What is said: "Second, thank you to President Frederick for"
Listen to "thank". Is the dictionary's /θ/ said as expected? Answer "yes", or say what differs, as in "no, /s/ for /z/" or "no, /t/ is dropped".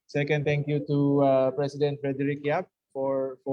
no, /t/ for /θ/